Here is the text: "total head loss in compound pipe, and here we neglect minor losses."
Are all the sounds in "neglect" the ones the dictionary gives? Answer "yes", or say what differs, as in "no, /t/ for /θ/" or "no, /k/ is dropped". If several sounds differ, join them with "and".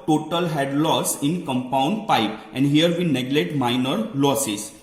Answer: no, /k/ is dropped